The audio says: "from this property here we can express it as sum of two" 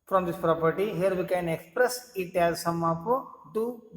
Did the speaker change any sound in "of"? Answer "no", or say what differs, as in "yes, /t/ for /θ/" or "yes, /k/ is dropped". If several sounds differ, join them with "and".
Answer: yes, /p/ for /v/